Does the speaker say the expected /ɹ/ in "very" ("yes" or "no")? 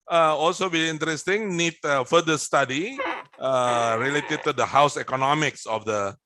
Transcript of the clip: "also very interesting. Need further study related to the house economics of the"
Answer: no